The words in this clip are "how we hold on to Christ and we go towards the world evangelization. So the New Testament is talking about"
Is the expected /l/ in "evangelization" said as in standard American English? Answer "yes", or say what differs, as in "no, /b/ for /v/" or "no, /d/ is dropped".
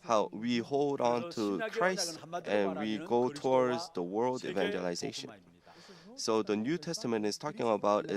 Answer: yes